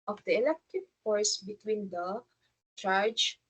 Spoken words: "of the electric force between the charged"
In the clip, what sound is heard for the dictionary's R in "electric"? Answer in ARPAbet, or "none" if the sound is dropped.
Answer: none